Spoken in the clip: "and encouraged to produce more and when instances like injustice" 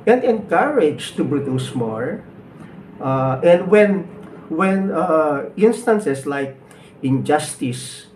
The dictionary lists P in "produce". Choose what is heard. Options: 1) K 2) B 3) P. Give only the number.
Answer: 2